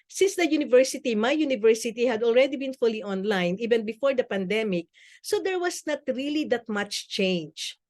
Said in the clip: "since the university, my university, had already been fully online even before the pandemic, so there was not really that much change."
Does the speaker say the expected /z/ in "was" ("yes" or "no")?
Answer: no